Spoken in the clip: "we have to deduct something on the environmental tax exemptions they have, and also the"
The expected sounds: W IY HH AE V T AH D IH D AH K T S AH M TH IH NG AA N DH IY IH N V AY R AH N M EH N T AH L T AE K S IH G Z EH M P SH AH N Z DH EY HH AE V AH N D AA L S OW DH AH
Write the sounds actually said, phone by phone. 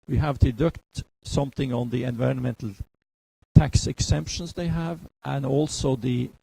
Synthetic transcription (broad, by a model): W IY HH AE V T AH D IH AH K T S AH M TH IH NG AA N DH IY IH N V AY R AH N M EH N T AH L T AE K S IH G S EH M P SH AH N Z DH EY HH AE V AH N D AA L S OW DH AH